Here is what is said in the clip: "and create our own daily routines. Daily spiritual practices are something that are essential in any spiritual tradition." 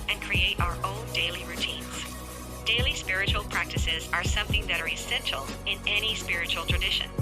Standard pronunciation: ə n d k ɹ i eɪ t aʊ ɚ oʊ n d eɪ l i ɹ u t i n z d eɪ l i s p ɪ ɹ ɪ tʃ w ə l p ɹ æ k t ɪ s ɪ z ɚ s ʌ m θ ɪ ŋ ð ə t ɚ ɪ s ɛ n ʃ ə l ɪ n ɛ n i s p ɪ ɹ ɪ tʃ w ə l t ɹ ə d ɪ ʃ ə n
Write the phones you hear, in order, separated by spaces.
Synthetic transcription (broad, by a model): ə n k ɹ i eɪ t aʊ ɚ oʊ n d eɪ l i ɹ u t i n z d eɪ l i s p ɪ ɹ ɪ tʃ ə l p ɹ æ k t ɪ s ɪ z ɚ s ʌ m θ ɪ ŋ ð ə t ɚ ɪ s ɛ n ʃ l ɪ n ɛ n i s p ɪ ɹ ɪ tʃ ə l t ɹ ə d ɪ ʃ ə n